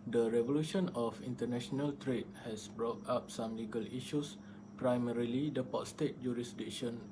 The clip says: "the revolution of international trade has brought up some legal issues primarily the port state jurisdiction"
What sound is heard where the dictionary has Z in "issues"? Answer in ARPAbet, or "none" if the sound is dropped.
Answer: S